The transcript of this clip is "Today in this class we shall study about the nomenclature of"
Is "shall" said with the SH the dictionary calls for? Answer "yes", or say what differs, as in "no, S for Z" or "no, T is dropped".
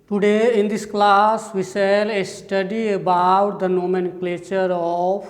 no, S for SH